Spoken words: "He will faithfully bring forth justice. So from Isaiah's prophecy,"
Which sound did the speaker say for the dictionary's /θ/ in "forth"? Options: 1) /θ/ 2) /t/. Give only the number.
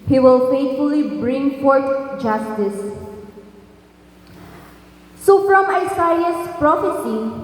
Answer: 2